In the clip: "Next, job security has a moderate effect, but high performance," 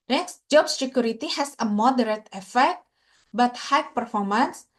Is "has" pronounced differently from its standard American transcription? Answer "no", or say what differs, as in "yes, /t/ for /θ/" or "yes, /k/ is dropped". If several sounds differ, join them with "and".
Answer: yes, /s/ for /z/